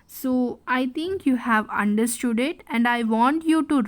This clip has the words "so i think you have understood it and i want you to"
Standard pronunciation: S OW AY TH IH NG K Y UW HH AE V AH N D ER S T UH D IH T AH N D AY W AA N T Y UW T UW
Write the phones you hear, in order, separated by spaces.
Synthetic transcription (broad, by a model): S OW AY T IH NG K Y UW HH AE V AH N D ER S T UH D IH T AH N D AY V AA N T Y UW T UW